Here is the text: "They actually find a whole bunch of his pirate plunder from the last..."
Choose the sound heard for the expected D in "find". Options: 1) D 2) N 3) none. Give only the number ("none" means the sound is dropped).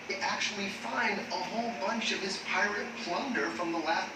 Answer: 1